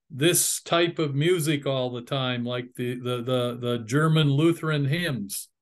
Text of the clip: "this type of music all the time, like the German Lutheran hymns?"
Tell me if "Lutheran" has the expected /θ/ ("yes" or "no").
yes